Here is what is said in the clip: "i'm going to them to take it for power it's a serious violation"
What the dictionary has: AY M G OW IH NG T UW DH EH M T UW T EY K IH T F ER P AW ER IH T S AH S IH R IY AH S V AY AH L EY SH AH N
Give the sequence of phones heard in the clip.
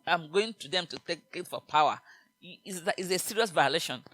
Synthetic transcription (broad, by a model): AY M G OW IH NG T UW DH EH M T UW T EY K IH T F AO P AW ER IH S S AH S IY R IY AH S V AY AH L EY SH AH N